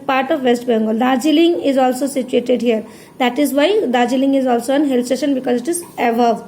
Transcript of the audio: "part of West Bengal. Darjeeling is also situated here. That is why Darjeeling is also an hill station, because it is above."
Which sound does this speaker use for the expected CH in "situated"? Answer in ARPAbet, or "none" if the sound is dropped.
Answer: CH